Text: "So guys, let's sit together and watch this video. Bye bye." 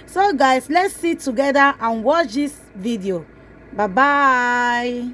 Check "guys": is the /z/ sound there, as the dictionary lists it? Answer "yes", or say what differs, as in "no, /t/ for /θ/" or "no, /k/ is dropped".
no, /s/ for /z/